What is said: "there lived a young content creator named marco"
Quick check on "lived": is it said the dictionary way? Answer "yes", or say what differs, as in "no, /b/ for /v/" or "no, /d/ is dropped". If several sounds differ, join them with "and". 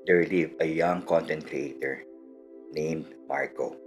no, /d/ is dropped